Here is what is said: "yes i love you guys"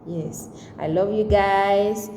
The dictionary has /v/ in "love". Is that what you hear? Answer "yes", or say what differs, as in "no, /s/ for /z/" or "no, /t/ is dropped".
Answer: yes